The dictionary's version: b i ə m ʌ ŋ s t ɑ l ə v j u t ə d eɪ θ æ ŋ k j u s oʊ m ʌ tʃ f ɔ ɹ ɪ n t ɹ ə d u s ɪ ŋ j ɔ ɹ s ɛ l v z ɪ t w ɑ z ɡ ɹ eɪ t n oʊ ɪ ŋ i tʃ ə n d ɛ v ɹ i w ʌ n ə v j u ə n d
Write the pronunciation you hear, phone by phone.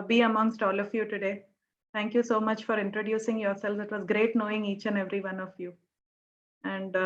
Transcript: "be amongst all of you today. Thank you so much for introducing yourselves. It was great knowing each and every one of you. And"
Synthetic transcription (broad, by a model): b i ə m ʌ ŋ s t ɑ l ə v j u t ə d eɪ t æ ŋ k j u s oʊ m ʌ tʃ f ɔ ɹ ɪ n t ɹ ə d u s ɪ ŋ j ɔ ɹ s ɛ l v ɪ t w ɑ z ɡ ɹ eɪ t n oʊ ɪ ŋ i tʃ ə n ɛ v ɹ i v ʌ n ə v j u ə n d